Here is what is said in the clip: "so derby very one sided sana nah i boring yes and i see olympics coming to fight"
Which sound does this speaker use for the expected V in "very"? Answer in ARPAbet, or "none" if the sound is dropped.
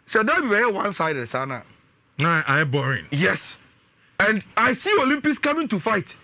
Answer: B